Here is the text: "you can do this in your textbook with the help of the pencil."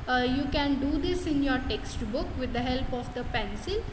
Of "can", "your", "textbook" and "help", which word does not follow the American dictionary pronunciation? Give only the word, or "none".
none